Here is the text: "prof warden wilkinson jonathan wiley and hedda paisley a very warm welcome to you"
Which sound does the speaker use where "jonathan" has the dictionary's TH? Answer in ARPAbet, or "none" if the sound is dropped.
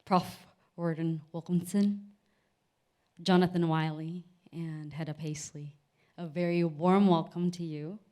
TH